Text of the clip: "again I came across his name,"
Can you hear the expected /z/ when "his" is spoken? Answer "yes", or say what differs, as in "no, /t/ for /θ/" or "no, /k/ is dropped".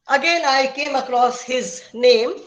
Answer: yes